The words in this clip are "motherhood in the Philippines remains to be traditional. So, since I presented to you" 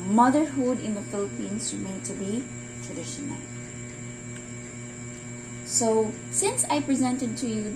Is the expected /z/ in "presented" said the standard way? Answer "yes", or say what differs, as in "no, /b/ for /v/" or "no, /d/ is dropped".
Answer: yes